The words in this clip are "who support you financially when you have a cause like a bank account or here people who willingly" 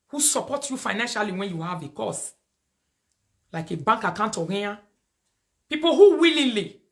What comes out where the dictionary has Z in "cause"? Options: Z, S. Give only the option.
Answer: S